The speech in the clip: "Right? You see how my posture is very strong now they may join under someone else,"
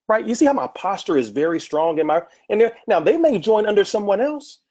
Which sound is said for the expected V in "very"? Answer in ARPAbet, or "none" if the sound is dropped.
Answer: V